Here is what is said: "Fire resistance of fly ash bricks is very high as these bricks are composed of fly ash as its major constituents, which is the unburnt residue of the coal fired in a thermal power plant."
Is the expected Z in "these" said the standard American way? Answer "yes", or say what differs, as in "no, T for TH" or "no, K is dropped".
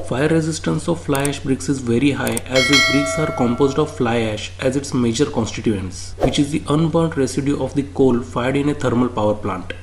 no, Z is dropped